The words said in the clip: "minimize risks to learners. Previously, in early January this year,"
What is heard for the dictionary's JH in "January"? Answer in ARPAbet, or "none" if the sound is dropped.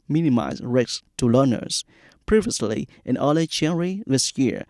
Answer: CH